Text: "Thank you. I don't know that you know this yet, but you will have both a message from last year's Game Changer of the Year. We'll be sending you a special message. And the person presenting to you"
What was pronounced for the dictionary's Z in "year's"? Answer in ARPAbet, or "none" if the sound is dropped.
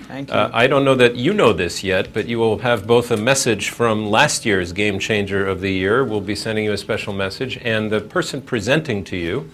Z